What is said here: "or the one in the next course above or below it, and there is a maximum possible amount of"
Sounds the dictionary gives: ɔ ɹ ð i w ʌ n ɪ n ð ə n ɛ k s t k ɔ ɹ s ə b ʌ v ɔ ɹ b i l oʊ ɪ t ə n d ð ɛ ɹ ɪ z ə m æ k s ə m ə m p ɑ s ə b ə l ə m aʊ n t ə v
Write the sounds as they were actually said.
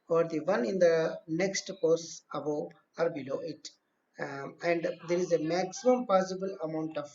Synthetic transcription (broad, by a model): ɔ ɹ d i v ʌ n ɪ n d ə n ɛ k s t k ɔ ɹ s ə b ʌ ɔ ɹ b i l oʊ ɪ t ə n d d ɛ ɹ ɪ z ə m æ k s ə m ə m p ɑ s ə b ə l ə m aʊ n t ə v